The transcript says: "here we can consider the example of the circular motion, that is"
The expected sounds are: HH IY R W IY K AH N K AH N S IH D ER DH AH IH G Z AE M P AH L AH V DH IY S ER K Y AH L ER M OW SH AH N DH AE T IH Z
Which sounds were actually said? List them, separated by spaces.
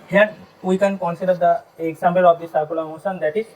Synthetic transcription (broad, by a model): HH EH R W IY K AH N K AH N S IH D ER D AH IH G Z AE M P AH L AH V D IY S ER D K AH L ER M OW S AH N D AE T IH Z